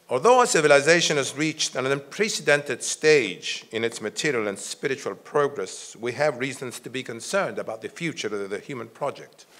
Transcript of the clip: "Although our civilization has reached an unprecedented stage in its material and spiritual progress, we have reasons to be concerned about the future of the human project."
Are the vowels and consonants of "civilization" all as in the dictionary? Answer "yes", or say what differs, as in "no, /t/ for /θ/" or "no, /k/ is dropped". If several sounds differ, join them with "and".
yes